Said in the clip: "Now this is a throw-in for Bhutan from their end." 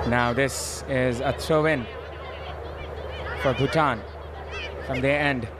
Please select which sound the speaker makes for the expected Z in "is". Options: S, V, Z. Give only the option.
Z